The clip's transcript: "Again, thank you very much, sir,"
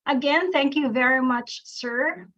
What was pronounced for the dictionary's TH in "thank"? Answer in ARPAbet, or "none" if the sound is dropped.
TH